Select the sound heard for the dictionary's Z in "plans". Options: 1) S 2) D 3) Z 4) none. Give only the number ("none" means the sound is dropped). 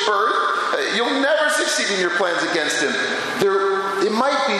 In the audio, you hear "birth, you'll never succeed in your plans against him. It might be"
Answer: 3